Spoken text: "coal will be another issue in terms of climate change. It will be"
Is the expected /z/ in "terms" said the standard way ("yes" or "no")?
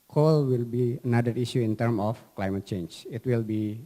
no